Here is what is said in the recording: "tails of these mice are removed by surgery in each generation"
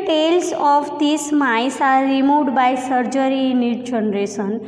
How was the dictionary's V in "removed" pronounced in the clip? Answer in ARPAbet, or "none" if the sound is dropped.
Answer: none